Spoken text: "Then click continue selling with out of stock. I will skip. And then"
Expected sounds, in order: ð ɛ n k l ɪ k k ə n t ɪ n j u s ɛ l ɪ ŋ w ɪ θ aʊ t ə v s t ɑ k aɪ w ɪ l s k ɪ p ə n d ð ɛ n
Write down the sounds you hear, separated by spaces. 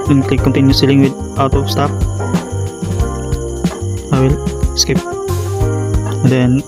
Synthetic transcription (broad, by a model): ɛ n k ɪ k k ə n t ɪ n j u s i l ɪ ŋ w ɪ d aʊ t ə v s t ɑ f aɪ w ɪ l s k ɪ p ə n d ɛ n